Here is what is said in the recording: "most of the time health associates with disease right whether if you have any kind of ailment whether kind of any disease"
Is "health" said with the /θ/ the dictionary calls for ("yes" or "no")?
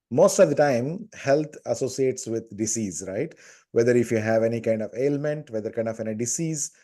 no